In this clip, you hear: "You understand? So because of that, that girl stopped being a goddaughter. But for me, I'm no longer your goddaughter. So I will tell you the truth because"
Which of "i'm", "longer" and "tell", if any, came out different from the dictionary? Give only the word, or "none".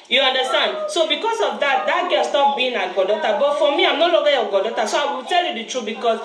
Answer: longer